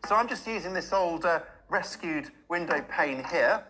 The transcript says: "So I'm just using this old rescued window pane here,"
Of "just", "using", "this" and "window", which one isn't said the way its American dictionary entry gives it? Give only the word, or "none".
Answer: none